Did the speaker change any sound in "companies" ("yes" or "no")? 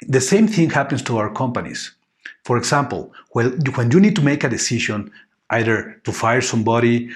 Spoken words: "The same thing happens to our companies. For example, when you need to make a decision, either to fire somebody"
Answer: yes